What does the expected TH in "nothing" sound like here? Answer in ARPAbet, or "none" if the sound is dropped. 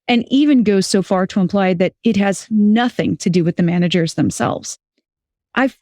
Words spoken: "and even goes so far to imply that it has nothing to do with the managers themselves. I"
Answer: TH